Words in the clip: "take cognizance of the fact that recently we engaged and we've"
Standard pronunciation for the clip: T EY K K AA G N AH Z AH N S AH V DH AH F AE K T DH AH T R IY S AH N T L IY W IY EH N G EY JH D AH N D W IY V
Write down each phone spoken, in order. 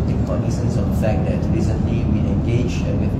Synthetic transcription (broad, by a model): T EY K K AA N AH S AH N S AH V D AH F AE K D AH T R IY S AH N T L IY W IY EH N G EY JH AH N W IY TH